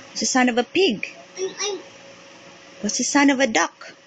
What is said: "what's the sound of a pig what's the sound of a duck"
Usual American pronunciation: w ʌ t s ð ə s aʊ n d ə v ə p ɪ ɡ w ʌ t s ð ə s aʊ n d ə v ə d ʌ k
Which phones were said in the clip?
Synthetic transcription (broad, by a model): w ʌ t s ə s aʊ n ə v ə p ɪ ɡ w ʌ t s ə s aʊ n ə v ə d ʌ k